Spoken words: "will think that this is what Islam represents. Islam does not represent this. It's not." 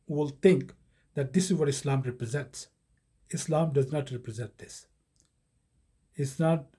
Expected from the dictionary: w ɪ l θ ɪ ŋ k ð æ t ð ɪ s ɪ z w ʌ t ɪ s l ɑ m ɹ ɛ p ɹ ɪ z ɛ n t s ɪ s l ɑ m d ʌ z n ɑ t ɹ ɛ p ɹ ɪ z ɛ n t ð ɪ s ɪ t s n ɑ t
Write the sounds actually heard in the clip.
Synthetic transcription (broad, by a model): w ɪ l t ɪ ŋ k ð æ t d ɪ s ɪ z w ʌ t ɪ s l ɑ m ɹ ɛ p ɹ ɪ z ɛ n t s ɪ s l ɑ m d ʌ z n ɑ t ɹ ɛ p ɹ ɪ z ɛ n t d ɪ s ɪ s n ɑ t